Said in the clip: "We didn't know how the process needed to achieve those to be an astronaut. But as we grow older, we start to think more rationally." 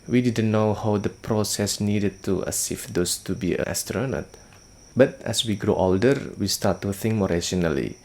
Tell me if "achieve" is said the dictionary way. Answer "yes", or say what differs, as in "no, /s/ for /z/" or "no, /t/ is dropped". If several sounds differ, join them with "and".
no, /s/ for /tʃ/